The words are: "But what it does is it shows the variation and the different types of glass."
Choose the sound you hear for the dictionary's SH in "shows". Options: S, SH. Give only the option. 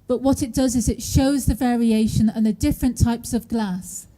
SH